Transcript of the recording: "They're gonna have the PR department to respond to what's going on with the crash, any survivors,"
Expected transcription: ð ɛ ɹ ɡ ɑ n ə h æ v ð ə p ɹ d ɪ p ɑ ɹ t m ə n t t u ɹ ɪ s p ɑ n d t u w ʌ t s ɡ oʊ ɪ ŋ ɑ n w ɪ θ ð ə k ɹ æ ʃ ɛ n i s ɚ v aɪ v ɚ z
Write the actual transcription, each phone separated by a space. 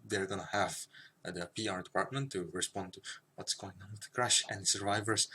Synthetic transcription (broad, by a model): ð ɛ ɹ ɡ ɑ n ə h æ v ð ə p ɹ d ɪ p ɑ ɹ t m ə n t t u ɹ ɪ s p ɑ n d t u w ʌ t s ɡ oʊ ɪ ŋ ɑ n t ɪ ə k ɹ æ ʃ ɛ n s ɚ v aɪ v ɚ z